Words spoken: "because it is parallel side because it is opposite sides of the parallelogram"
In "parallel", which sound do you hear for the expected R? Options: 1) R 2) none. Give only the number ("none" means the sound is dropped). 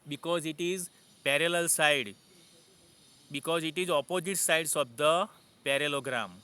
1